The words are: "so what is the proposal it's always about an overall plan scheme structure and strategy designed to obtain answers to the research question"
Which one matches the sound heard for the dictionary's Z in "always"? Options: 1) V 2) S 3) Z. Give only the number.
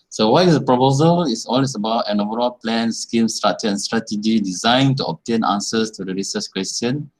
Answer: 2